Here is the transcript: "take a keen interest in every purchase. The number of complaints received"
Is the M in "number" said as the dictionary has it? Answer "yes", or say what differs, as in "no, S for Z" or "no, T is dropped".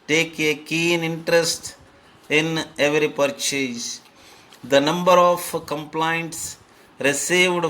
yes